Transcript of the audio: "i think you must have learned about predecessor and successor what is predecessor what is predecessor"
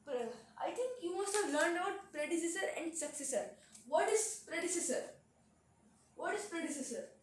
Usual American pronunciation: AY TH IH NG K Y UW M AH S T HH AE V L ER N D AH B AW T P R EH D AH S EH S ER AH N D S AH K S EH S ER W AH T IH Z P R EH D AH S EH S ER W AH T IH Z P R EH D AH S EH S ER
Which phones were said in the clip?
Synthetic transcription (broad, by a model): AY T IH NG K Y UW M AH S T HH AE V L ER N D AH UH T P R EH D AH S EH S ER AH N D S AH K S EH S ER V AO T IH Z P R EH D AH S EH S ER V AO T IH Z P R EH D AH S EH S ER